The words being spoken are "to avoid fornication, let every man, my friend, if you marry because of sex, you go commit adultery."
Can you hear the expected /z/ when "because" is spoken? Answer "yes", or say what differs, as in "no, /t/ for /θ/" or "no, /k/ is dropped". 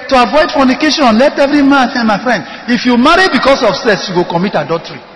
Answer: no, /s/ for /z/